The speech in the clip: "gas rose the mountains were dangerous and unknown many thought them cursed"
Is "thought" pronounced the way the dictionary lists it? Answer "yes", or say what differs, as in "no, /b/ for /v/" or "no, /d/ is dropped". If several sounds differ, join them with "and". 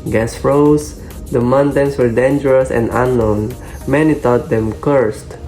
no, /t/ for /θ/